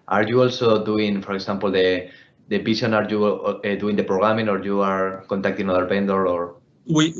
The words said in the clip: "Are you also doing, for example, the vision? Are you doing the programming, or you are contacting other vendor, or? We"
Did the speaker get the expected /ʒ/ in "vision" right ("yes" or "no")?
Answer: no